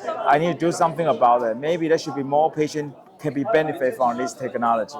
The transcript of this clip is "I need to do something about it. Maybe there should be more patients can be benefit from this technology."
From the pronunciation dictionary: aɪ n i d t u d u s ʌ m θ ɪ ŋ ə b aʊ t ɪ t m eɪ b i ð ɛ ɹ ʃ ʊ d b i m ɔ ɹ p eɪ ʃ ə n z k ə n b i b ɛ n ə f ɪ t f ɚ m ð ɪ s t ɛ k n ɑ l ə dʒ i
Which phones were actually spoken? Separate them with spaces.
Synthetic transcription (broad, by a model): aɪ n i d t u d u s ʌ m θ ɪ ŋ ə b aʊ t ɪ t m eɪ b i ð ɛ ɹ ʃ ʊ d b i m ɔ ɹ p eɪ ʃ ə n k ə n b i b ɛ n ə f ɪ t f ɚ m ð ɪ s t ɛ k n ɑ l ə dʒ i